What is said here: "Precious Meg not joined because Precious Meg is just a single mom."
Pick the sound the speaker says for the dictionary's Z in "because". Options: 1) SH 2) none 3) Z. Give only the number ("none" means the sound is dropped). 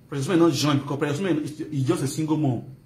2